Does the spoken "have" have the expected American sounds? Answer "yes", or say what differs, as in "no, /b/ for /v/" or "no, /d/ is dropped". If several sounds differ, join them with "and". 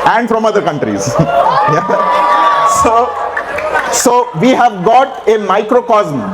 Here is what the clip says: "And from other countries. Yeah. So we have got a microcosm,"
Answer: yes